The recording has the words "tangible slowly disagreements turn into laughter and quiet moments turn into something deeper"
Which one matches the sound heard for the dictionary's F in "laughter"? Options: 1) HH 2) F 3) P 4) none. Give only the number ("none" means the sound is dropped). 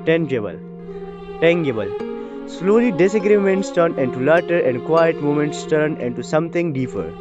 4